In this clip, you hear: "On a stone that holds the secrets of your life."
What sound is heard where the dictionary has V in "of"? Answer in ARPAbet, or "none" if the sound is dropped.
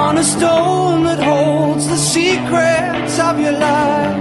V